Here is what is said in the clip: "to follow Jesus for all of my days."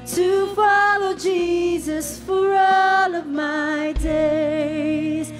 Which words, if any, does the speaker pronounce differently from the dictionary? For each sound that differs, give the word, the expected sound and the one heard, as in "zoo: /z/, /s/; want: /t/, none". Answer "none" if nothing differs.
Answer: none